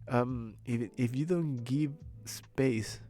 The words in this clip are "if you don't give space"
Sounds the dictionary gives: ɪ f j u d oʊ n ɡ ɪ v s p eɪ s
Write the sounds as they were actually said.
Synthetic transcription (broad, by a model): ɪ f j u d oʊ n ɡ ɪ v s p eɪ s